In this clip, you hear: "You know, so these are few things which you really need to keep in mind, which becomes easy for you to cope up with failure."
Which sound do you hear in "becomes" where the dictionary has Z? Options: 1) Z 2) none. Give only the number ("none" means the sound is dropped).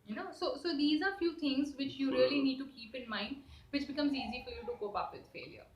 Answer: 1